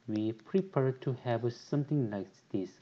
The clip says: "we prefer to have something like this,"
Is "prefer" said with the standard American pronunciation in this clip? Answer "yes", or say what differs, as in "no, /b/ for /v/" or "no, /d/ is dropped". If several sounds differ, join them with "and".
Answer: no, /p/ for /f/